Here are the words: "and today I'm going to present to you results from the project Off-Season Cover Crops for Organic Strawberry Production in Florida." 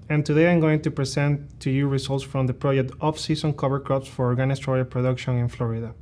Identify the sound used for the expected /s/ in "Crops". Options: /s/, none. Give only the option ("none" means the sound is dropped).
/s/